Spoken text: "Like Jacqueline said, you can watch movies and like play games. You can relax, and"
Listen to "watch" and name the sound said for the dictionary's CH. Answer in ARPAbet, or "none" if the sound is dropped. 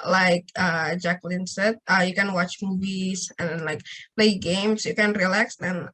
CH